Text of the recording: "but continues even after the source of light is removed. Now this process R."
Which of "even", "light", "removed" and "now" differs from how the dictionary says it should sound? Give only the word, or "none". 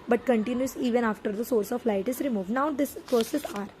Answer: none